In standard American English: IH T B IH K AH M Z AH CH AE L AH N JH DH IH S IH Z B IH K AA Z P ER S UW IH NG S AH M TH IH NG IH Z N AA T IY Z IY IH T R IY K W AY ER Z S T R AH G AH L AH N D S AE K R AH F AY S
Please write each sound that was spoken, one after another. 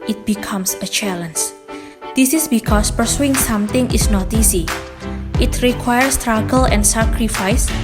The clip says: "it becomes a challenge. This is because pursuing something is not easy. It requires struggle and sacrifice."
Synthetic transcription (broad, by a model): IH T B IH K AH M S AH CH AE L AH N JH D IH S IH S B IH K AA S P ER S UW IH NG S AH M T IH NG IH S N AA T IY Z IY IH T R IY K W AY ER S T R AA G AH L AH N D S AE K R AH F AY S